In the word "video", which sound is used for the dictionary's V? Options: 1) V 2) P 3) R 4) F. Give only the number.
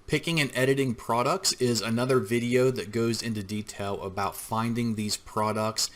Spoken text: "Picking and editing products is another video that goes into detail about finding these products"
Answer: 1